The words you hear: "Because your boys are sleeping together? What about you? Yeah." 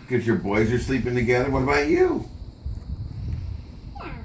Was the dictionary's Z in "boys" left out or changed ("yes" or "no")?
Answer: no